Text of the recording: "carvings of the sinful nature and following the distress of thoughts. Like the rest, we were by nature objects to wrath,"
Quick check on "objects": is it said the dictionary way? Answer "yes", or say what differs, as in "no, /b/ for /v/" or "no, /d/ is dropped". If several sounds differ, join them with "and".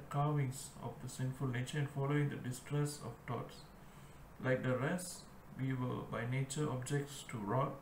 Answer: yes